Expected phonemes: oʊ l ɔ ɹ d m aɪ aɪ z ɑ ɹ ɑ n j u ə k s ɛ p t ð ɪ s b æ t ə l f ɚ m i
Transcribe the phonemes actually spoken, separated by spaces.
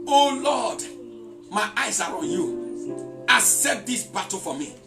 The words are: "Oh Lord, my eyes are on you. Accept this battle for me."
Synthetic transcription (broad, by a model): oʊ l ɔ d m aɪ aɪ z ɑ ɹ ɑ n j u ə s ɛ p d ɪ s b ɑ t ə f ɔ m i